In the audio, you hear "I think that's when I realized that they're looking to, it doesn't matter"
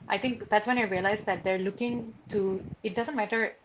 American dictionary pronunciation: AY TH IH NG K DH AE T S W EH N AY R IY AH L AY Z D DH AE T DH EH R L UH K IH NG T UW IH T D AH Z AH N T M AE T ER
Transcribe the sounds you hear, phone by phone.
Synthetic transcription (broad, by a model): AY T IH NG K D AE T S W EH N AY R IY AH L AY Z D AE T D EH R L UH K IH NG T UW IH T D AH Z AH N T M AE T ER